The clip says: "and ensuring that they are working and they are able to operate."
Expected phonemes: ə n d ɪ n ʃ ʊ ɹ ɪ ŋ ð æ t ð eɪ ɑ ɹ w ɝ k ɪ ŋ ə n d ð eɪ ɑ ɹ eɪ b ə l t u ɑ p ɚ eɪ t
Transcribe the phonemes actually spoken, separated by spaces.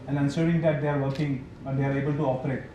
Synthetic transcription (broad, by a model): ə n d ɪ n s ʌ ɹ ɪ ŋ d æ t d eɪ ɑ ɹ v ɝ k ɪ ŋ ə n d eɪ ɑ ɹ eɪ b ə l t u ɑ p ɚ eɪ t